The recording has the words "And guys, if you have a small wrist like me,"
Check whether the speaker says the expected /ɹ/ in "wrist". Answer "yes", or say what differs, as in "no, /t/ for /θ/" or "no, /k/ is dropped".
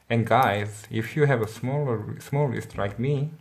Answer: no, /l/ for /ɹ/